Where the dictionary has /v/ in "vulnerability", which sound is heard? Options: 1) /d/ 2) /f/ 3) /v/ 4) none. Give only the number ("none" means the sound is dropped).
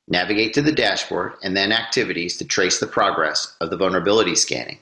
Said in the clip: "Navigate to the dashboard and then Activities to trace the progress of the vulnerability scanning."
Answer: 3